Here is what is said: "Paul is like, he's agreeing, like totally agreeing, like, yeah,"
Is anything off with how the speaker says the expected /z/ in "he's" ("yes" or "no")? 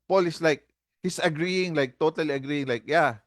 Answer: yes